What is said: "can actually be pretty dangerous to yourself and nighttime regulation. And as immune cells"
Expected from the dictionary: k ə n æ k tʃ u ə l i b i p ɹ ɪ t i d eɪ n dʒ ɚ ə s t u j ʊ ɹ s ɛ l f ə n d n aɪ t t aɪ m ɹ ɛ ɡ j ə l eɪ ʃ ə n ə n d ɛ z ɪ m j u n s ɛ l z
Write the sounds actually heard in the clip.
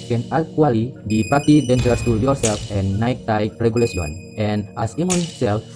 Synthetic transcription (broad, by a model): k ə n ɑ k u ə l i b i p ɑ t i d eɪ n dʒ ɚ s t u j ʊ ɹ s ɛ l f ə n n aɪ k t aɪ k ɹ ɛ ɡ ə l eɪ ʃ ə n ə n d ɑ s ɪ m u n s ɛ l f